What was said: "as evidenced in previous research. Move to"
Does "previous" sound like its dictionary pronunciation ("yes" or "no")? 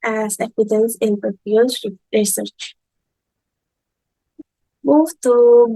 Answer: no